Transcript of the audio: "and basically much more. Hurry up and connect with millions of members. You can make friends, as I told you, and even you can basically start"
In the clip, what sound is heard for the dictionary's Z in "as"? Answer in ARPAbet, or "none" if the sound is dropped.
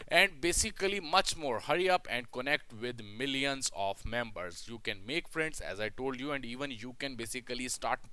Z